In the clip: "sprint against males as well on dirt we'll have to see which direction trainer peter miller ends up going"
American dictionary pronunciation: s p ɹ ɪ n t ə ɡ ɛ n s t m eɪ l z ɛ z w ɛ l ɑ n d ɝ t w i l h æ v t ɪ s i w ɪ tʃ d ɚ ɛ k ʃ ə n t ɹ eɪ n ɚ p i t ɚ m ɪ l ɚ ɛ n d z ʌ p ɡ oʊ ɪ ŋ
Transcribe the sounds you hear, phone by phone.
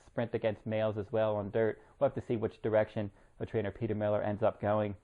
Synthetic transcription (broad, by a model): s p ɹ ɪ n t ə ɡ ɛ n s t m eɪ l z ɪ z w ɛ l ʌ n d ɝ t w i l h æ f t ɪ s i w ɪ tʃ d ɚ ɛ k ʃ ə n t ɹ eɪ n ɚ p i t ɚ m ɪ l ɚ ɛ n d z ʌ p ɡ oʊ ɪ ŋ